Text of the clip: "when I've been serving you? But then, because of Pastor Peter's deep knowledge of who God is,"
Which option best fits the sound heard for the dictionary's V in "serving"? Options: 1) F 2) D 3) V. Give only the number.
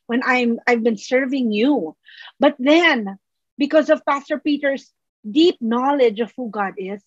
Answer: 3